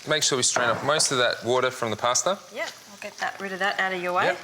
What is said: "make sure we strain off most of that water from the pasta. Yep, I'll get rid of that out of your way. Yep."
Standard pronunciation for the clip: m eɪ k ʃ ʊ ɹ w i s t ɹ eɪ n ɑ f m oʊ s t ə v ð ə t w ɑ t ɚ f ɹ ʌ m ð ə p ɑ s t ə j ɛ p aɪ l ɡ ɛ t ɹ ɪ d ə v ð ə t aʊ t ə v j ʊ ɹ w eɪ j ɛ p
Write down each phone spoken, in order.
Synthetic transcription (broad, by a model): m eɪ k ʃ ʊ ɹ w i s t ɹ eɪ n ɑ p m oʊ s t ə v ð ə t w ɑ t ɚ f ɹ ʌ m ð ə p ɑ s t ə j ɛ aɪ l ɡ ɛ t ɹ ɪ d ə v ð ə t aʊ t ə v j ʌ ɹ w eɪ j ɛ